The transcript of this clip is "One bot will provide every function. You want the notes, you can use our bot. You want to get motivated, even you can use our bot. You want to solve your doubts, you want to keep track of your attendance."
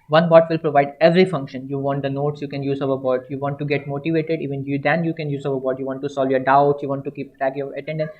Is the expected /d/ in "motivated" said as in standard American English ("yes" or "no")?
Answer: yes